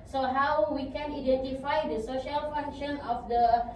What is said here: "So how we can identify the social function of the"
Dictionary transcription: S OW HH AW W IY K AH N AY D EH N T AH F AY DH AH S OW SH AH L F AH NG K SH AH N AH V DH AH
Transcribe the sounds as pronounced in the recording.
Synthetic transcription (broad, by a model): S OW HH AW W IY K AH N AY D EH N T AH F AY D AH S OW SH AH L F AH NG K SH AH N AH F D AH